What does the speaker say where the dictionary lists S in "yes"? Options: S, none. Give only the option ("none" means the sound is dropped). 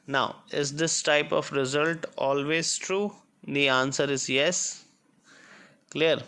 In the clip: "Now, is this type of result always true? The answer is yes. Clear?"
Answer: S